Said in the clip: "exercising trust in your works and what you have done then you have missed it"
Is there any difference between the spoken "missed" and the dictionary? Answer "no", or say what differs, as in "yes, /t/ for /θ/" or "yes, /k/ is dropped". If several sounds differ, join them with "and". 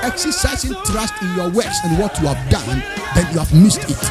no